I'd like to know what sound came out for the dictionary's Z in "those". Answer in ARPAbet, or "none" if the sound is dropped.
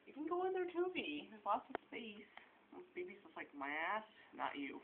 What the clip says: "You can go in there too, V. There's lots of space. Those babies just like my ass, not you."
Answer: S